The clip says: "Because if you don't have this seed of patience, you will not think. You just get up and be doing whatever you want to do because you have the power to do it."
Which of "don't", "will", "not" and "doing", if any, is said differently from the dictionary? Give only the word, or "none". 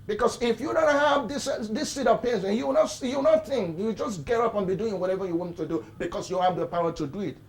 will